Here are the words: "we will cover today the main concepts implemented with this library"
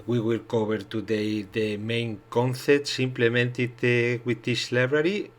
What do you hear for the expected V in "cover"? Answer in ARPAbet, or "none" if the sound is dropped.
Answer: B